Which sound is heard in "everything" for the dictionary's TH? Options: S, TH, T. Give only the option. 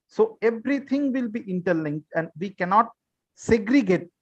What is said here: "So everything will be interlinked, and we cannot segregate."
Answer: T